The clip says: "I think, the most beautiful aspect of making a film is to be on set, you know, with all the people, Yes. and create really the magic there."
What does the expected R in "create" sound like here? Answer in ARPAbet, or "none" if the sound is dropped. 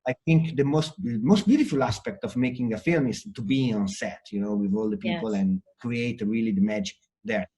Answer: R